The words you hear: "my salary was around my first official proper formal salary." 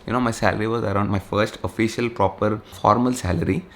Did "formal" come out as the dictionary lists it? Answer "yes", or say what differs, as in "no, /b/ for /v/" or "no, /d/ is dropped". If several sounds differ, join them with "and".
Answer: yes